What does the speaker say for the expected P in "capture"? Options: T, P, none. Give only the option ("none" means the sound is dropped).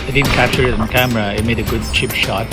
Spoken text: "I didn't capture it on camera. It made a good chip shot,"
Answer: none